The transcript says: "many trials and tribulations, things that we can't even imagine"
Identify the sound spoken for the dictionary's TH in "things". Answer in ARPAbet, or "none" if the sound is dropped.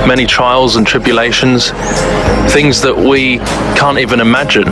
TH